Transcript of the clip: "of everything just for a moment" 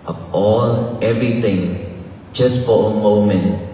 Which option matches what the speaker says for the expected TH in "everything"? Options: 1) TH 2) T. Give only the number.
2